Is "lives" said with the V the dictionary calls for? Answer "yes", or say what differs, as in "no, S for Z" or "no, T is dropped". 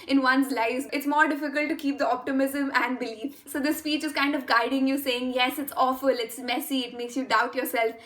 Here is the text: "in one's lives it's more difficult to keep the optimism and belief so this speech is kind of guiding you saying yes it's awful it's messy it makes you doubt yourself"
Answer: no, V is dropped